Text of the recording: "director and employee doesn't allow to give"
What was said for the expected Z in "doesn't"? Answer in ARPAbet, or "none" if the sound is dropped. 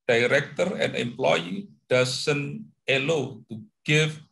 S